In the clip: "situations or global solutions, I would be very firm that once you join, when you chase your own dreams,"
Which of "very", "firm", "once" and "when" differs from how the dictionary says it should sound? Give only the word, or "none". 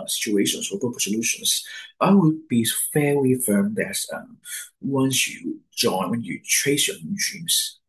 very